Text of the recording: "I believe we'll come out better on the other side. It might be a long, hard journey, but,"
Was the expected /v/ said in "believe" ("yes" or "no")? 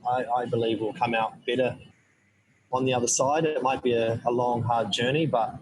yes